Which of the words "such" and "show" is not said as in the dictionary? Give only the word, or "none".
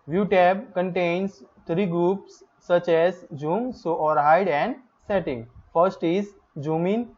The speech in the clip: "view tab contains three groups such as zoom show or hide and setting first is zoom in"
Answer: show